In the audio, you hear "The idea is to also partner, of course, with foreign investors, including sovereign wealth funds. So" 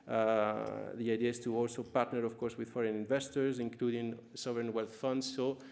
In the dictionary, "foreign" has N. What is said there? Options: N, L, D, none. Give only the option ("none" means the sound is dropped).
N